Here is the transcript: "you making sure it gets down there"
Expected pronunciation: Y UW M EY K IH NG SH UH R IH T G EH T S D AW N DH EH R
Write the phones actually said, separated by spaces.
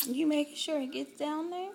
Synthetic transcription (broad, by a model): Y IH M EY IH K SH UH R IH T G EH T S D AW N DH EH R